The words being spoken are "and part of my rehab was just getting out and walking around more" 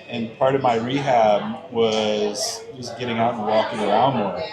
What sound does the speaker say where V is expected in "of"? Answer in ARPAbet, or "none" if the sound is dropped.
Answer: V